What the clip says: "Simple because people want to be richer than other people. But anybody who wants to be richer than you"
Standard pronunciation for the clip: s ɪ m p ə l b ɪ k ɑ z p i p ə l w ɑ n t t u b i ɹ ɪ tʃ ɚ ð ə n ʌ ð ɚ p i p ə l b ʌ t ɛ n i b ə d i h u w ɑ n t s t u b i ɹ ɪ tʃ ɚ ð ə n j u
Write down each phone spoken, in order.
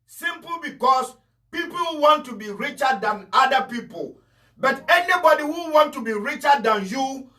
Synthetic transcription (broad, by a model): s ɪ m p l b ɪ k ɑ s p i p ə l w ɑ n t t u b i ɹ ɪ tʃ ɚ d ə n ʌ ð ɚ p i p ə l b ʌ t ɛ n i b ə d i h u w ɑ n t t u b i ɹ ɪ tʃ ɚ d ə n j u